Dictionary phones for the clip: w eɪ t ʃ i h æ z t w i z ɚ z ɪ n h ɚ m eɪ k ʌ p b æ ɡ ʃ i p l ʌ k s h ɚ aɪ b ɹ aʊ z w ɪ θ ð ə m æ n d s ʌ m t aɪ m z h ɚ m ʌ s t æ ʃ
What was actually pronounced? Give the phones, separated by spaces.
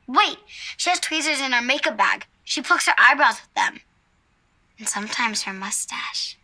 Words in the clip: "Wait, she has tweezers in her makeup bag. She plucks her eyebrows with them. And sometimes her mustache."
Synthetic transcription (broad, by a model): w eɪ t ʃ i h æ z t w i z ɚ z ɪ n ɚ m eɪ k ʌ p b æ ɡ ʃ i p ʌ k s h ɚ aɪ b ɹ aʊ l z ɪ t ð ə m n s ʌ m t aɪ m z h ɚ m ʌ s t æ ʃ